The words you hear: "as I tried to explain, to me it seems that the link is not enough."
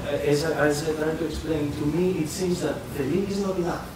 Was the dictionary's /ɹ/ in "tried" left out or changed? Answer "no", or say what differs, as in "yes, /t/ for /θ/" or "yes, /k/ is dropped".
yes, /l/ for /ɹ/